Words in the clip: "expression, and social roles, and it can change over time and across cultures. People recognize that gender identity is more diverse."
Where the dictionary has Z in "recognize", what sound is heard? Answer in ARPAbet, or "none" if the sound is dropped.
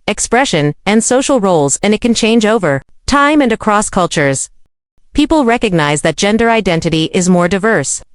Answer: Z